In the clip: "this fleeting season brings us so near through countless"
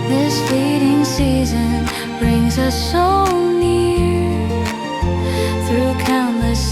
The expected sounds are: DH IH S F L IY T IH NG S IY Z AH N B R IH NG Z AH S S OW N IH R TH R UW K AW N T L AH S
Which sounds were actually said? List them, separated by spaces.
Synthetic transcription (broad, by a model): DH IH S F IY T IH NG S IY Z AH N B R IH NG Z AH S S OW N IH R TH R UW K AW N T L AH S